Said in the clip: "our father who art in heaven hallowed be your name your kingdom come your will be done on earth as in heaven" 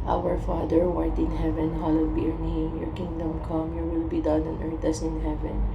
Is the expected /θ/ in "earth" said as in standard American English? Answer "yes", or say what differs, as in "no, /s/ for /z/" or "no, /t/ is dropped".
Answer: no, /t/ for /θ/